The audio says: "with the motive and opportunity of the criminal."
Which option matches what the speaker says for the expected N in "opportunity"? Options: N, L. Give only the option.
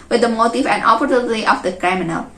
L